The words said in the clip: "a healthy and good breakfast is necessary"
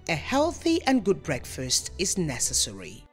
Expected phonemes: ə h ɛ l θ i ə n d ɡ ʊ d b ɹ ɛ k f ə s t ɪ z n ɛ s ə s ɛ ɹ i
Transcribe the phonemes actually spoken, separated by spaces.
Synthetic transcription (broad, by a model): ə h ɛ l θ i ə n ɡ ʊ d b ɹ ɛ k f ə s t ɪ z n ɛ s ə s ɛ ɹ i